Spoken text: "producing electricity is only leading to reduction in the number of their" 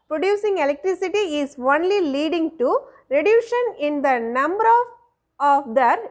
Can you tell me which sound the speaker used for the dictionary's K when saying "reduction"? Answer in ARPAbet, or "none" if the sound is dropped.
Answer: none